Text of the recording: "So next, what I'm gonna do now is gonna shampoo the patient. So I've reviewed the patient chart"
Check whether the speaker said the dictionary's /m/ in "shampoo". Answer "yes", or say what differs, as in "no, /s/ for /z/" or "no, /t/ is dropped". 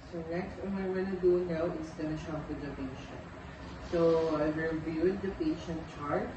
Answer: no, /m/ is dropped